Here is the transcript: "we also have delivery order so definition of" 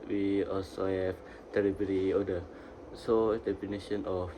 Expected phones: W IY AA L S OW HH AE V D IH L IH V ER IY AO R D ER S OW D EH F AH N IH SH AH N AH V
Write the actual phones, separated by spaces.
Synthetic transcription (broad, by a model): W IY AA L S OW HH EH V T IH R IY B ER IY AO D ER S OW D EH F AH N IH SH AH N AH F